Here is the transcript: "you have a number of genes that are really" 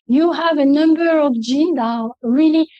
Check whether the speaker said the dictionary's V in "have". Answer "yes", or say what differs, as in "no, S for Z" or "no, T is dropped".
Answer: yes